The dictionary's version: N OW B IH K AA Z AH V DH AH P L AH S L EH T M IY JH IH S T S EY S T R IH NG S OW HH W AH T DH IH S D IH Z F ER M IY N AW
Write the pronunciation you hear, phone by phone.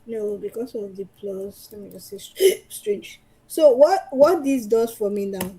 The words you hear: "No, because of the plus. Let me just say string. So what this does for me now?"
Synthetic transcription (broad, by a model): N OW B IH K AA S AH V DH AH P L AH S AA M IY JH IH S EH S S T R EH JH S OW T W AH T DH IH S D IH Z F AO M IY N AW